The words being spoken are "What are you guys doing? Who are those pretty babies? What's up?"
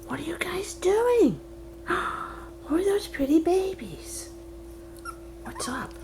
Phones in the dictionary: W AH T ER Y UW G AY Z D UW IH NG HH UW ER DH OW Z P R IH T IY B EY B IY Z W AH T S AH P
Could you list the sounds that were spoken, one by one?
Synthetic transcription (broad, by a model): W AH T ER Y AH G AY Z D UW IH NG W ER DH OW Z P R IH T IY B EY B IY Z W AH T S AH P